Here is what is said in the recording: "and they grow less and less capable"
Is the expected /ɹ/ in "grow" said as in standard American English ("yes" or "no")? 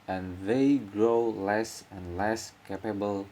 yes